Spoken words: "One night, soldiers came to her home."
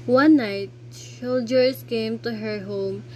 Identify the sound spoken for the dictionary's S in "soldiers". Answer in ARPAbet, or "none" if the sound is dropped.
SH